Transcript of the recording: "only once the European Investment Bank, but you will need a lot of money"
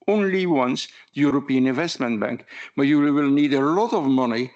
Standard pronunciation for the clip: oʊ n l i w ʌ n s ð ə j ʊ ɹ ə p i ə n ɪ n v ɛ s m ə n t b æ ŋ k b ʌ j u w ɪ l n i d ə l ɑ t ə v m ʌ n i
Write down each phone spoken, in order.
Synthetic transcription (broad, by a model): oʊ n l i w ʌ n s ð ə j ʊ ɹ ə p i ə n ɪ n v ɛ s m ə n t b æ ŋ k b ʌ j u w ɪ l n i d ə l ɑ t ə v m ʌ n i